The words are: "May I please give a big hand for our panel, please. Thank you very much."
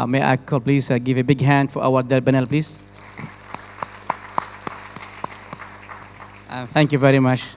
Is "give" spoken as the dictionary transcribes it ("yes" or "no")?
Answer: yes